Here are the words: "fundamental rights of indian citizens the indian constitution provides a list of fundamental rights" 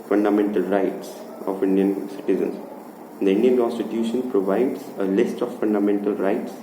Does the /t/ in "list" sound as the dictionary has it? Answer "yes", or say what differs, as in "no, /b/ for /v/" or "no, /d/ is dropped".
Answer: yes